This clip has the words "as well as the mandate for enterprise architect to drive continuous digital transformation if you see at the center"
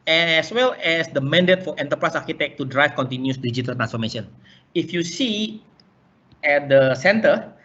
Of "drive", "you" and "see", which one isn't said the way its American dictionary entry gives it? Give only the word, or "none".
drive